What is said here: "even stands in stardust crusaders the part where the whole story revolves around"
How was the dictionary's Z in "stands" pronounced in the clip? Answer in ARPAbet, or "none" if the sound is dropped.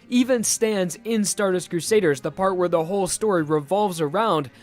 Z